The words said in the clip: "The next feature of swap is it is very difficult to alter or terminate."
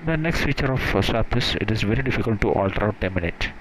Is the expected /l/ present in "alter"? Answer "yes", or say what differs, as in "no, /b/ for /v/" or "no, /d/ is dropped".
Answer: yes